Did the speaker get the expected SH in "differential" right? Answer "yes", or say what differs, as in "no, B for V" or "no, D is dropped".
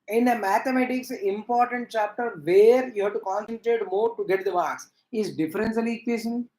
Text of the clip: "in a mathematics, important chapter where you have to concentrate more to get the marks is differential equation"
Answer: no, S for SH